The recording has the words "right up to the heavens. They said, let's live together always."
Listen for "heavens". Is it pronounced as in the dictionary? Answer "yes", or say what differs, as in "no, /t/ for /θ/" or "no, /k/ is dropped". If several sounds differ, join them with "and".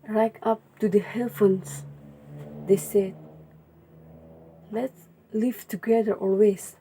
no, /f/ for /v/